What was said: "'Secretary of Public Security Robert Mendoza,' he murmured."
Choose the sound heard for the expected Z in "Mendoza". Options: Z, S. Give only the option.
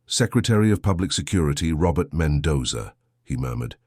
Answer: Z